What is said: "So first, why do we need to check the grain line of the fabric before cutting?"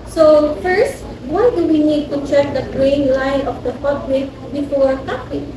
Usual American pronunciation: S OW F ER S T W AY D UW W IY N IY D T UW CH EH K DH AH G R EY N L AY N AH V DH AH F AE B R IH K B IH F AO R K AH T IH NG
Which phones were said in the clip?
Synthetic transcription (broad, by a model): S OW F ER S T W AY D UW W IY N IY D T UW CH EH K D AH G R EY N L AY N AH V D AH P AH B L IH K B IH F AO R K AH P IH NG